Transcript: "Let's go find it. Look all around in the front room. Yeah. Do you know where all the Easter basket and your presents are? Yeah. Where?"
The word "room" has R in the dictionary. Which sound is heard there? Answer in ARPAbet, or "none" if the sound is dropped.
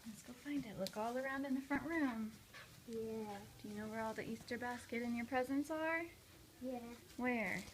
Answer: R